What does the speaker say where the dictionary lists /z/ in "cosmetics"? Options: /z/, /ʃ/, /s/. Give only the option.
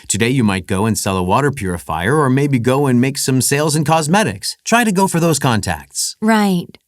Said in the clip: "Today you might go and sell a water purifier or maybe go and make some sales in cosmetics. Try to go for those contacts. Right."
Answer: /z/